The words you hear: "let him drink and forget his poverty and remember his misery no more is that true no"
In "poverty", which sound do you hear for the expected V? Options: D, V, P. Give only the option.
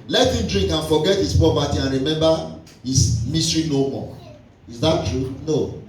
P